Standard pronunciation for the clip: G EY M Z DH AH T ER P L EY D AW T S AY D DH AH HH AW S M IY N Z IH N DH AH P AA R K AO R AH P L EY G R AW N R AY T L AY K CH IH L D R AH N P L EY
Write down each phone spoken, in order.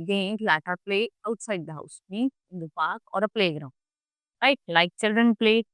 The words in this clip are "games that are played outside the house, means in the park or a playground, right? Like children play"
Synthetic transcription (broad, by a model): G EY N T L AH T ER P L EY AW T S AY D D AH HH AW S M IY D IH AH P AA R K AO R AH P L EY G R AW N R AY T L AY K CH IH L D R AH N P L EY